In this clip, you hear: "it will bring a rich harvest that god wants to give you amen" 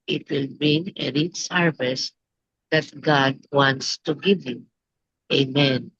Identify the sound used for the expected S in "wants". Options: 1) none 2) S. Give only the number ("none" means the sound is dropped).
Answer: 2